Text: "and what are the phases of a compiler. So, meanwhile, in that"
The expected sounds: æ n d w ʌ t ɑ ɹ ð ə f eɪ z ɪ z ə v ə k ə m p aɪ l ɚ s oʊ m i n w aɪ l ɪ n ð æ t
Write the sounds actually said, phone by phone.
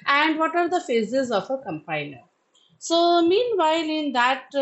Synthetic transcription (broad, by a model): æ n d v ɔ t ɑ ɹ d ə f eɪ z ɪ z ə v ə k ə m p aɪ n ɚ s oʊ m i n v aɪ l ɪ n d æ t